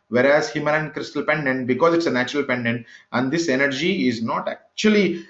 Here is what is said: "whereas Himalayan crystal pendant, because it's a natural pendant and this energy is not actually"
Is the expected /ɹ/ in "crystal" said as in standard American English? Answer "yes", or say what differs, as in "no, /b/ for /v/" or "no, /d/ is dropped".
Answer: yes